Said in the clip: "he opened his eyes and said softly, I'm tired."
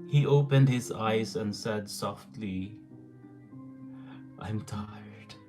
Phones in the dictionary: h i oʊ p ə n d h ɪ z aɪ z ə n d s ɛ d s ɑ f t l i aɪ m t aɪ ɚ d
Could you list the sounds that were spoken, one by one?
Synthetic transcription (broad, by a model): h i oʊ p ə n d h ɪ z aɪ z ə n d s ɛ d s ɑ f t l i aɪ m t aɪ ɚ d